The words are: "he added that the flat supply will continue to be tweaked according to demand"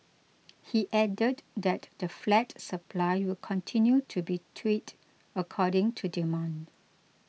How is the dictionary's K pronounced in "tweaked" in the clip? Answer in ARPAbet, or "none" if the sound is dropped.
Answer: none